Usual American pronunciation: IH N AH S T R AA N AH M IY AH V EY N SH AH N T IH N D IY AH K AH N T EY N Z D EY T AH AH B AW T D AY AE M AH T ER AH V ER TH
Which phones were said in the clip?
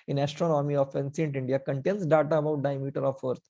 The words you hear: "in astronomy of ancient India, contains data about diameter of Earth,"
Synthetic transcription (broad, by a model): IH N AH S T R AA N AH M IY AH F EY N S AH N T IH N D IY AH K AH N T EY N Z D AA T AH AH B AW T D AY M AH T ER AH F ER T